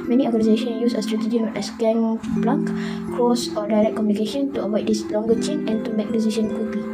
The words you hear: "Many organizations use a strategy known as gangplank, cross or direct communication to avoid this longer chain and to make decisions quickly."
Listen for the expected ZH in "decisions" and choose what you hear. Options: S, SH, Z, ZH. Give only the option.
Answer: SH